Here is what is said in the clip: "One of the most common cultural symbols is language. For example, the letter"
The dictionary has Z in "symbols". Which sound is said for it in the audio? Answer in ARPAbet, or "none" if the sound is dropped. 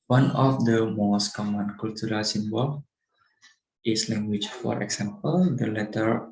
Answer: none